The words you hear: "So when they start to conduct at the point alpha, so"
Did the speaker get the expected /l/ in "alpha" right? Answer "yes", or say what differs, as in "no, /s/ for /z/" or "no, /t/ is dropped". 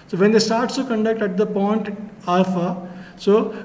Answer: no, /l/ is dropped